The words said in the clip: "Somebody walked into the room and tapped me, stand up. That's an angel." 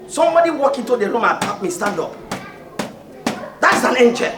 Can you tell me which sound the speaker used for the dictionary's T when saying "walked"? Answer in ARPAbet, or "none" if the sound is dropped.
none